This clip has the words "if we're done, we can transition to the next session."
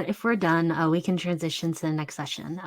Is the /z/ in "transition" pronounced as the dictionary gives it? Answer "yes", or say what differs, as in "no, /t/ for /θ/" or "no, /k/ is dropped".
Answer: yes